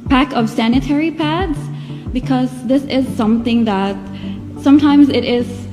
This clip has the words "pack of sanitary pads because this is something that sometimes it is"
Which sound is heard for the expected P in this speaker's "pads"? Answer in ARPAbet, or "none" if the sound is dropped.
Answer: P